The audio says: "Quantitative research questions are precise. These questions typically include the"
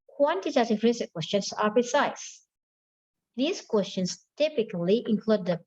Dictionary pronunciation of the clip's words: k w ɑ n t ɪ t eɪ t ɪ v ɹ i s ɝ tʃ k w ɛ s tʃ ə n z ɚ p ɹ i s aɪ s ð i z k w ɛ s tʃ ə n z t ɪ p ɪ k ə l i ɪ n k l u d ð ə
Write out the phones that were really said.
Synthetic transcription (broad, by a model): k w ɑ n t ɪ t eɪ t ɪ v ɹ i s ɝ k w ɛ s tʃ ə n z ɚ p i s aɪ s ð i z k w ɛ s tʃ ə n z t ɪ p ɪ k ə l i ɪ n k l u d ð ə